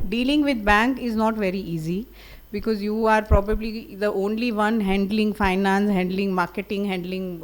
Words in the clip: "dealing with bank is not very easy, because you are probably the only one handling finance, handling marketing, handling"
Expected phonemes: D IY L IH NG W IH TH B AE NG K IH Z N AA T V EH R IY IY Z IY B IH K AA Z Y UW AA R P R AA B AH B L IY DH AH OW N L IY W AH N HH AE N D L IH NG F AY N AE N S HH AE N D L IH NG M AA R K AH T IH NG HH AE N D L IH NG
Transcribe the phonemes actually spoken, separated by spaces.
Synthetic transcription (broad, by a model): D IY L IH NG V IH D B AE NG K IH Z N AA T V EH R IY IY Z IY B IH K AA Z Y UW AA R P R AA B AH B L IY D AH OW N L IY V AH N HH AE N D L IH NG F AY N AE N S HH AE N D L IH NG M AA R K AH T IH NG HH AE N D L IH NG